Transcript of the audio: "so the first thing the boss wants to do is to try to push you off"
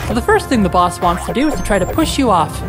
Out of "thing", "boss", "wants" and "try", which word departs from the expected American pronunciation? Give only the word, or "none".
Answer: none